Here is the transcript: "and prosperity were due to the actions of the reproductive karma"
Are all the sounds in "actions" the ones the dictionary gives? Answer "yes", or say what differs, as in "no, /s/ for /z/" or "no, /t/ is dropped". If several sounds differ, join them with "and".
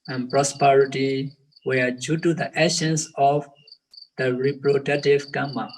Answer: no, /k/ is dropped